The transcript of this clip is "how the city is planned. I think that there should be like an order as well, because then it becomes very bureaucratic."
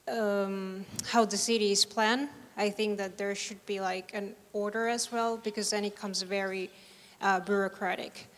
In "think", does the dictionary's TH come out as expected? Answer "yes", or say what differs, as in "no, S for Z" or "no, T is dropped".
yes